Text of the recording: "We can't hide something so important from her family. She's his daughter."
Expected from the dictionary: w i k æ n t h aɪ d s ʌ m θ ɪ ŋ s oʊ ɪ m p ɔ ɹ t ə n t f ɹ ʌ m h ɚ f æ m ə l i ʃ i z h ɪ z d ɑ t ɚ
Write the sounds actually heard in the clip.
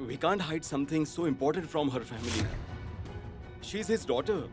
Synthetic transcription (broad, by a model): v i k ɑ n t h aɪ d s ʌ m t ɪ ŋ s oʊ ɪ m p ɔ ɹ t ə n t f ɹ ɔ m h ɚ f æ m ə l i ʃ i z h ɪ z d ɑ t ɚ